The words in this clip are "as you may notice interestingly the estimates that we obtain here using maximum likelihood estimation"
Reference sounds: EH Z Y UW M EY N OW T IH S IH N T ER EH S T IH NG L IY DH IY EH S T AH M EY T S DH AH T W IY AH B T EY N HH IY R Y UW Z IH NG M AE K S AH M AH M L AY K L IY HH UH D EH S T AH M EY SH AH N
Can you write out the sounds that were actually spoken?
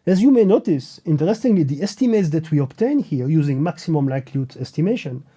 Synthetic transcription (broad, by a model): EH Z Y UW M EY N OW T IH S IH N T ER EH S T IH NG L IY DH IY EH S T AH M EY T S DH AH T W IY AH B T EY N HH IY R Y UW Z IH NG M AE K S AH M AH M L AY K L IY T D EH S T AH M EY SH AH N